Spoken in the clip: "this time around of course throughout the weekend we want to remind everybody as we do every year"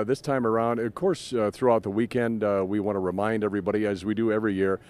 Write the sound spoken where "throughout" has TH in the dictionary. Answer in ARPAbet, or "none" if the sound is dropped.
TH